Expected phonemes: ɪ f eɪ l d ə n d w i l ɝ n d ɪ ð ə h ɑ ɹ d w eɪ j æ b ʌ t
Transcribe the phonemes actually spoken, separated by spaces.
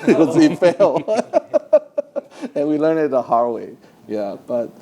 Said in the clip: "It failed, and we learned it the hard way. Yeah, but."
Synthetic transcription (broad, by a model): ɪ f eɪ l ə n w i l ɝ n ɪ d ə h ɑ ɹ w eɪ j æ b ʌ t